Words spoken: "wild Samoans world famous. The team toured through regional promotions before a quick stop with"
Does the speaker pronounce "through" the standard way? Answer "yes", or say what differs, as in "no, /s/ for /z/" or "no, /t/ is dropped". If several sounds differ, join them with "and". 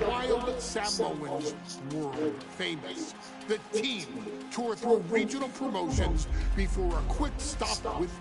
yes